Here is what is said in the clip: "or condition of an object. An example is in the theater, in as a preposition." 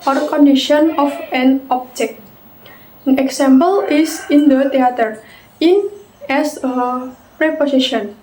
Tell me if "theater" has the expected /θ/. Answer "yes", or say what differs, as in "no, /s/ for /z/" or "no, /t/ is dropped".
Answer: no, /t/ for /θ/